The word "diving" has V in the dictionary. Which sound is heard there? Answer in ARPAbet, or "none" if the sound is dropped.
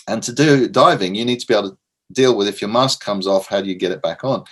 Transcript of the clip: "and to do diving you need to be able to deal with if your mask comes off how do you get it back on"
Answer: V